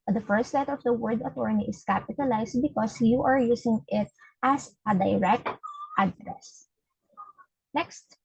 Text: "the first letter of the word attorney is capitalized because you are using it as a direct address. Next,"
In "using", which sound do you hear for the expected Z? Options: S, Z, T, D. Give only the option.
S